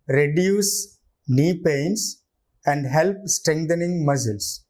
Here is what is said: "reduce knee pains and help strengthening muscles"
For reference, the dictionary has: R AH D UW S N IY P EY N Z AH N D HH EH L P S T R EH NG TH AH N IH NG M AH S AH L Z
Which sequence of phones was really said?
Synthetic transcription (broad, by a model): R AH D UW S N IY P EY N S AH N D HH EH L P S T R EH NG T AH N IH NG M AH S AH L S